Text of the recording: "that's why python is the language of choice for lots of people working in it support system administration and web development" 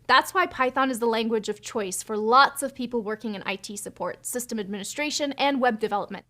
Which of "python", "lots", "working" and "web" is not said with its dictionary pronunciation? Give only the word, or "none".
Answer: none